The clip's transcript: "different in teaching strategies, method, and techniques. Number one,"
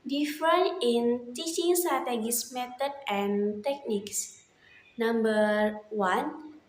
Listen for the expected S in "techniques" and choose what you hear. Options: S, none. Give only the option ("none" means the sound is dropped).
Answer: S